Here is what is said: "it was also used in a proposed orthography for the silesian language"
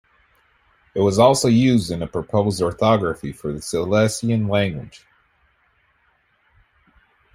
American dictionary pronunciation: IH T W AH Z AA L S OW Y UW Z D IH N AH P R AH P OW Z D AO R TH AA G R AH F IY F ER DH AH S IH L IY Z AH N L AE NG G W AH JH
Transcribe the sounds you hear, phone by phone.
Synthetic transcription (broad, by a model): IH T W AH Z AA L S OW Y UW Z D IH N AH P R AH P OW Z D AO R TH AA G R AH F IY F ER DH AH S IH L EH S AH N L AE NG G W AH JH